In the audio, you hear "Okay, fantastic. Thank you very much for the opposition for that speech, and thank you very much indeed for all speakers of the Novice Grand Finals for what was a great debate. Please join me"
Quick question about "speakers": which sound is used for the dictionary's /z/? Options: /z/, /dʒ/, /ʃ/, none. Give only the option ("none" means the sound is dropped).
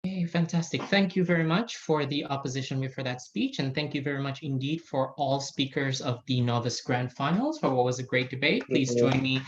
/z/